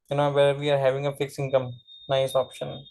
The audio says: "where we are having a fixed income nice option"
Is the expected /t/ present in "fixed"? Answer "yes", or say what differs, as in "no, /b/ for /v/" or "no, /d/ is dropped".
no, /t/ is dropped